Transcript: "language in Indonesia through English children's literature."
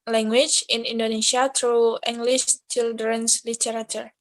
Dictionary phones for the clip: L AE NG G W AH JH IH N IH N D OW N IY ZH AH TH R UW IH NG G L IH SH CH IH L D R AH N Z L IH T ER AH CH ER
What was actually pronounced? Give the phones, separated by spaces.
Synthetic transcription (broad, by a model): L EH NG G W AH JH IH N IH N D OW N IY SH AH T R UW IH NG G L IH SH CH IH L D R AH N S L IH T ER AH CH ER